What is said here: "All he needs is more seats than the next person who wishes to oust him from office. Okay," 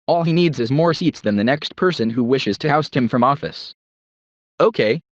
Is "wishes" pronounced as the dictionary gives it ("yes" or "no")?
yes